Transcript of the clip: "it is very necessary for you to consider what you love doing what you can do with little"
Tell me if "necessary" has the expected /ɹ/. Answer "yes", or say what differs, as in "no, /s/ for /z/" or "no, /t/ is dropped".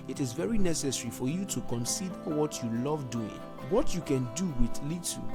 yes